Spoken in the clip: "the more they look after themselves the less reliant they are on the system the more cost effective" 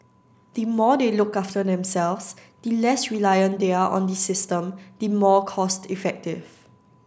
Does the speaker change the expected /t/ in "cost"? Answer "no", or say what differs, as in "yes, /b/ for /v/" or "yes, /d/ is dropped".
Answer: no